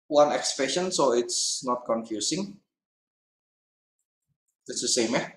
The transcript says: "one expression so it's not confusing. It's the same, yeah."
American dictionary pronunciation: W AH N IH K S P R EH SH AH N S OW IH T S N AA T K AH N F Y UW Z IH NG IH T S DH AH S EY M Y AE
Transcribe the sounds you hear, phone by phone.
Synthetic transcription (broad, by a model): W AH N IH K S P R EH SH AH N S OW IH T S N AA T K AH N F Y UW S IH NG IH T S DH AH S EY M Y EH